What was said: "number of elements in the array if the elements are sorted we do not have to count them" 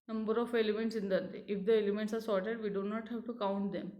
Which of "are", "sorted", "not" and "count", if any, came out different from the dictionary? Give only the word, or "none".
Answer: none